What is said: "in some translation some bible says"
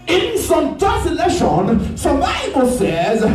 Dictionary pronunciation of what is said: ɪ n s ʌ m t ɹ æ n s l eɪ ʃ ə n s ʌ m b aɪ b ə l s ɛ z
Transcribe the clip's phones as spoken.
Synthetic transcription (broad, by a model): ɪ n s ʌ m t æ s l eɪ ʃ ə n s ʌ m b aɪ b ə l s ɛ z